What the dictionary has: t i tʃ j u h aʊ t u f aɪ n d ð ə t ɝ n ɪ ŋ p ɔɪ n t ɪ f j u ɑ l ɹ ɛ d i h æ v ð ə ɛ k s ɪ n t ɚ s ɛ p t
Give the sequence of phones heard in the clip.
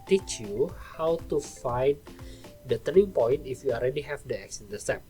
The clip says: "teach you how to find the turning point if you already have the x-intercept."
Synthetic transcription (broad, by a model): t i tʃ j u h aʊ t u f aɪ n d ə t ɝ ɪ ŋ p ɔɪ n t ɪ f j u ɑ l ɹ ɛ d i h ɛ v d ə ɛ k s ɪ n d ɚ s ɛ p